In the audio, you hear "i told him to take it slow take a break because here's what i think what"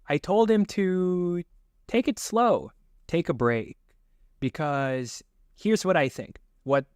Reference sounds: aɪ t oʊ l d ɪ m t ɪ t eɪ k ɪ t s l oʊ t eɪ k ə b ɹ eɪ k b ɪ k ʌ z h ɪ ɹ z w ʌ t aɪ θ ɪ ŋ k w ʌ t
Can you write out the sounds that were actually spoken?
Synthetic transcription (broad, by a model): aɪ t oʊ l d ɪ m t ɪ t eɪ k ɪ t s l oʊ t eɪ k ə b ɹ eɪ k b ɪ k ʌ z h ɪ ɹ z w ʌ t aɪ θ ɪ ŋ k w ʌ t